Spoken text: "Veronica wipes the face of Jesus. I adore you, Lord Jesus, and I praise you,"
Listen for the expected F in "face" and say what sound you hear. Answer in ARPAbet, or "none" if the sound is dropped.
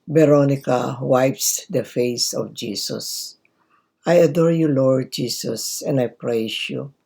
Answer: F